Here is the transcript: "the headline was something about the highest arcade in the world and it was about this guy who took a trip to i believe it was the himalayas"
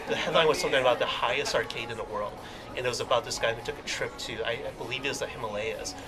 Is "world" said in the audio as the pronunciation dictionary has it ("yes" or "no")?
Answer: yes